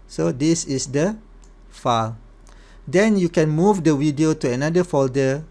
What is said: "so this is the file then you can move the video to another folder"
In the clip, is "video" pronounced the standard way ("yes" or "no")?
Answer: no